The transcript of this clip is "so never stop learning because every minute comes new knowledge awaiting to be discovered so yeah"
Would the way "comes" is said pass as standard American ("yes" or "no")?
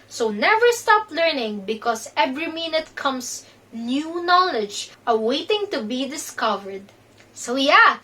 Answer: no